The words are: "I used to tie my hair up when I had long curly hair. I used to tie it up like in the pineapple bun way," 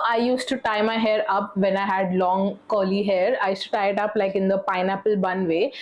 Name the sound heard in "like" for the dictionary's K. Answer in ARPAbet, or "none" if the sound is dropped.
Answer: K